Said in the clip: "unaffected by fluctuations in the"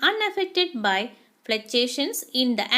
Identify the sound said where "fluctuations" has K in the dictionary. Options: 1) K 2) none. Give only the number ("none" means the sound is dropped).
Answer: 2